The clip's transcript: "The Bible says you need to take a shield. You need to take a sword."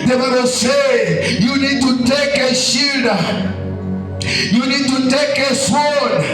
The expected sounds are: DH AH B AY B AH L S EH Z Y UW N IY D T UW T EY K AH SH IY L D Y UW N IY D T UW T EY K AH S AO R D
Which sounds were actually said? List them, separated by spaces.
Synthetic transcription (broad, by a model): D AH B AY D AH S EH Y UW N IY D T UW T EY K AH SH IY D Y UW N IY D T UW T EY K AH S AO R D